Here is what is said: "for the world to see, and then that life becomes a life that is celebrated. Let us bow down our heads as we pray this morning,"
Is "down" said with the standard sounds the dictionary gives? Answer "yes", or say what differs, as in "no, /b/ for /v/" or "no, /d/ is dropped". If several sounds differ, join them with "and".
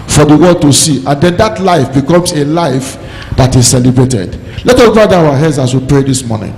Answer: no, /n/ is dropped